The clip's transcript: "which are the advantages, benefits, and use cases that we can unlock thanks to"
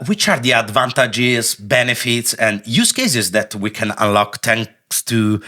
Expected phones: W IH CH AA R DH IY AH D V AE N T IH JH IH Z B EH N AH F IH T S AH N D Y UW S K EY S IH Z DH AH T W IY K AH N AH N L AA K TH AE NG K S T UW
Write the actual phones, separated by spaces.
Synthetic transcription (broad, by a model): W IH CH AA R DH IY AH D V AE N T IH JH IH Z B EH N AH F IH T S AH N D Y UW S K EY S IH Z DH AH T W IY K AH N AH N L AA K T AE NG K S T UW